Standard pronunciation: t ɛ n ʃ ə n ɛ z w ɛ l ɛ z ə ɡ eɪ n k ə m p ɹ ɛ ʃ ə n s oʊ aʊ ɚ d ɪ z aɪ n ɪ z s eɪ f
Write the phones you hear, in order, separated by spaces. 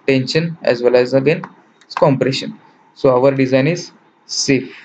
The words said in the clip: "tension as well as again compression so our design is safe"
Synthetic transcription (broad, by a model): t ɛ n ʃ ə n ɛ z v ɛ l ɛ z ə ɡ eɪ n k ə m p ɹ ɛ ʃ ə n s oʊ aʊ ɚ d ɪ z aɪ n ɪ z s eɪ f